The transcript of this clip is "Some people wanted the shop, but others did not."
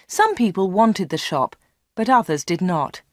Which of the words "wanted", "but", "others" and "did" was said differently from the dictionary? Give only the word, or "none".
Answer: none